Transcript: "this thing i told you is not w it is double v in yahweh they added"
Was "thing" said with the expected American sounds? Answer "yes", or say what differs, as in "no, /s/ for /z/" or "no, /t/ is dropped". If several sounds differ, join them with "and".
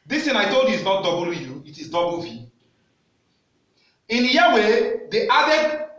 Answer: no, /t/ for /θ/